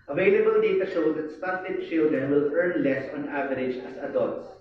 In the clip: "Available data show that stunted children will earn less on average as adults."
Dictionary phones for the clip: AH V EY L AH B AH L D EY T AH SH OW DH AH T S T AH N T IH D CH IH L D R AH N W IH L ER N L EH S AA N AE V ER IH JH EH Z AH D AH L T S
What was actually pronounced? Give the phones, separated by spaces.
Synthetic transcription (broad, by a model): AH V EY L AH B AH L D EY T AH SH OW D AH T S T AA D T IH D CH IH L D AH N W IH L ER N L EH S AA N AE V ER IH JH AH S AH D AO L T S